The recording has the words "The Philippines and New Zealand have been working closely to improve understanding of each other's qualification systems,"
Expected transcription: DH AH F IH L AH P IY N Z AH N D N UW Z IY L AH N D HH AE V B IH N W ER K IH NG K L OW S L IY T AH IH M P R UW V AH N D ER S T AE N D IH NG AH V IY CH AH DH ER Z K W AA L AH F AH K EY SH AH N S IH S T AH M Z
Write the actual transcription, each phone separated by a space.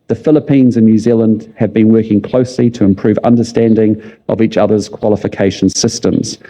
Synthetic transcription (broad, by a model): DH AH F IH L AH P IY N Z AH N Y UW Z IY L AH N D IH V B IH N W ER K IH NG K L OW S L IY T AH IH M P R UW V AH N D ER S T AE N D IH NG AH V IY CH AH DH ER Z K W AA L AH F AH K EY SH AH N S IH S T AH M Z